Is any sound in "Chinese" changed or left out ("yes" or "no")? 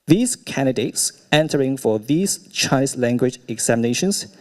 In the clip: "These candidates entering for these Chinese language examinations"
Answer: yes